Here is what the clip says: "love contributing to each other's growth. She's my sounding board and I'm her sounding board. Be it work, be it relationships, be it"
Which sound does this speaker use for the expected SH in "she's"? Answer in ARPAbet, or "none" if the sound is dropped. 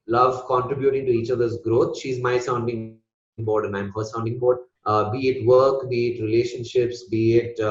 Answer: SH